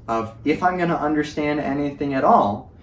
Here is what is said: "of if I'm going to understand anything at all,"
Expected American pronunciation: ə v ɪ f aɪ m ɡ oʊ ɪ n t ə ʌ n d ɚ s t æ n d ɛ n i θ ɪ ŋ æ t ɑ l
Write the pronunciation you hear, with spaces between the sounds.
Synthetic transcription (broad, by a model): ə v ɪ f aɪ m ɡ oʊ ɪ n t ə ʌ n d ɚ s t æ n d ɛ n i θ ɪ ŋ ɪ t ɑ l